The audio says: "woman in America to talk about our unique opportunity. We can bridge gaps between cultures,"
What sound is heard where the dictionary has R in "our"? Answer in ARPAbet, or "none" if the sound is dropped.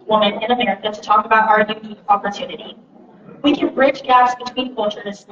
R